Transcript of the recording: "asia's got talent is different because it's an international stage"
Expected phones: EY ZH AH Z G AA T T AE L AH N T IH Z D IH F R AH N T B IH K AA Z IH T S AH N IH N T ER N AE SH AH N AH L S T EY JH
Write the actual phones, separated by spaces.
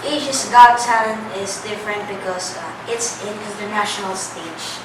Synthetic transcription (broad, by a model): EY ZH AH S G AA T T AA AH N IH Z D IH F R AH N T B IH K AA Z IH T S AH N IH N T ER N AE SH AH N AH L S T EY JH